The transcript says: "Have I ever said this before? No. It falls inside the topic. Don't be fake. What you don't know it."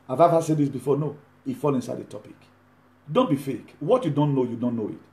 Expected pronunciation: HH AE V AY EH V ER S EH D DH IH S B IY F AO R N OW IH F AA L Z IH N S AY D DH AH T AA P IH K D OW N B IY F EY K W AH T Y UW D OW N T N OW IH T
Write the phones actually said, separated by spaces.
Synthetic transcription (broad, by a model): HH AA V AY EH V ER S EH D DH IH S B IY F AO N OW IH F AA L IH N S AY D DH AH T AA P IH K D OW N B IY F EY K W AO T Y UW D OW N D N OW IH T